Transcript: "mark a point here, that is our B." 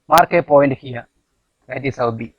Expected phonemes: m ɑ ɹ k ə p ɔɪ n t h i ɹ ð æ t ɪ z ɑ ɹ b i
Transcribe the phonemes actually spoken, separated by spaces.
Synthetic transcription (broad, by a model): m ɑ ɹ k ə p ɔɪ n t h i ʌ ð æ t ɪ s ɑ w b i